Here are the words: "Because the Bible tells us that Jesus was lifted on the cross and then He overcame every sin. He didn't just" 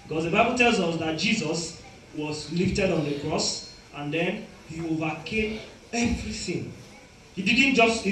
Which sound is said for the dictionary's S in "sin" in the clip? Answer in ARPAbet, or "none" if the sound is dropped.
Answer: TH